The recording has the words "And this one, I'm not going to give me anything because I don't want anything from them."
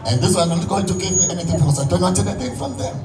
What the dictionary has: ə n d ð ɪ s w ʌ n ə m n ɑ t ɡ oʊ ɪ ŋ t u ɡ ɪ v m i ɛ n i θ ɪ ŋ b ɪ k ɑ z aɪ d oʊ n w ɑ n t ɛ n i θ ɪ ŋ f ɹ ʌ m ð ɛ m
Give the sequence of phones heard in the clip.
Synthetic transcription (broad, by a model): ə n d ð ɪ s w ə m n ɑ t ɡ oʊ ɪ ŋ t u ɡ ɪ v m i ɛ n i θ ɪ ŋ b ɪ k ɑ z aɪ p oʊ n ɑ t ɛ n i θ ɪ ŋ f ɹ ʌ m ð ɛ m